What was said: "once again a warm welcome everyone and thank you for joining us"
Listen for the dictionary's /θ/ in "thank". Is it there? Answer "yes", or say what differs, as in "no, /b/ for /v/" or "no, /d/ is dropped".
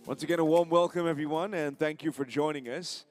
yes